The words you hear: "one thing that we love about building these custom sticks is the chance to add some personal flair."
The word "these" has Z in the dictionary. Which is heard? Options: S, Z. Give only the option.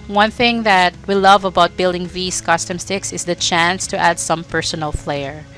S